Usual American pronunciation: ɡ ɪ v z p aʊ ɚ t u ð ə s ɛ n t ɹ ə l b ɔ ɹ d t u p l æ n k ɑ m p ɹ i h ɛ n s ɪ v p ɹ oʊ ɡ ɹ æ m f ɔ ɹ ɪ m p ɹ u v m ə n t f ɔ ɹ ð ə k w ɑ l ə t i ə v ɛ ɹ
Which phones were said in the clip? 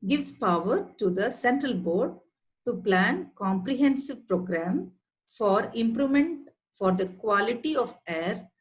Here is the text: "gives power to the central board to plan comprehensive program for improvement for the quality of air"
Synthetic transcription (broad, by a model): ɡ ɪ v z p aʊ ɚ t u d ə s ɛ n t ɹ ə l b ɔ ɹ d t u p l æ n k ɑ m p ɹ i h ɛ n s ɪ v p ɹ oʊ ɡ ɹ æ m f ɔ ɹ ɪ m p ɹ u m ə n t f ɔ ɹ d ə k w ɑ l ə t i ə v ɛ ɹ